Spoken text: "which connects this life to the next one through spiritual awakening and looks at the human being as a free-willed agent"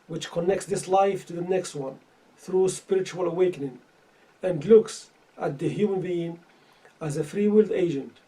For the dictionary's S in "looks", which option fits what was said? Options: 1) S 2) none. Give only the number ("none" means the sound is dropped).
1